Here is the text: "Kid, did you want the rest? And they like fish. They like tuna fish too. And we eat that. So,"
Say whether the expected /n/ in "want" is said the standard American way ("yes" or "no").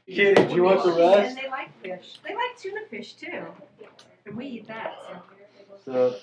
no